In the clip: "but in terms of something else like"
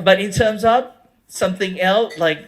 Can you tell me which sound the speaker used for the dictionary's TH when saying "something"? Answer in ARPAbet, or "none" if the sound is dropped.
TH